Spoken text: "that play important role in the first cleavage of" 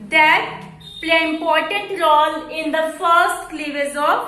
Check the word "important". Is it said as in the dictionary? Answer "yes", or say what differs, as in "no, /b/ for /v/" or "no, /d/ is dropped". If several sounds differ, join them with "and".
no, /n/ is dropped